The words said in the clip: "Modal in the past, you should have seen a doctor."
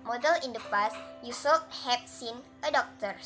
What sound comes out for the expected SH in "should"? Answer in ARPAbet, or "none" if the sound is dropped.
S